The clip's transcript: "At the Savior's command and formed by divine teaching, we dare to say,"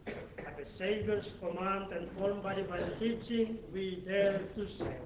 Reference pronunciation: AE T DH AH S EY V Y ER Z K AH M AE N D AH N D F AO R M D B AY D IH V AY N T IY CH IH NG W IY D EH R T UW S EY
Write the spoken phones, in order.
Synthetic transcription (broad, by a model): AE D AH S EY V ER S K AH M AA N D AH N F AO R M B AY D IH B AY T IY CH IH NG W IY D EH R T UW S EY